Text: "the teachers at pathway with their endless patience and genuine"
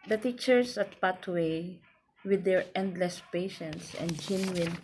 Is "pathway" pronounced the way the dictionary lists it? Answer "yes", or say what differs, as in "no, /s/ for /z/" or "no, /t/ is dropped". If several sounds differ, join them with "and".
no, /t/ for /θ/